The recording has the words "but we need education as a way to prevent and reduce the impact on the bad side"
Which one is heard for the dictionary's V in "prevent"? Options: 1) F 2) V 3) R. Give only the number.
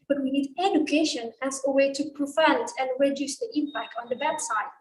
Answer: 1